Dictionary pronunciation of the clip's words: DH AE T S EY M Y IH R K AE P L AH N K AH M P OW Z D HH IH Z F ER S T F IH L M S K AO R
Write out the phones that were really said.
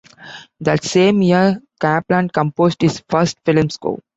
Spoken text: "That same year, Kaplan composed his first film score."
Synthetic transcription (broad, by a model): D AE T S EY M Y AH R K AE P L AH N K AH M P OW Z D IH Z F ER S T F IH L M S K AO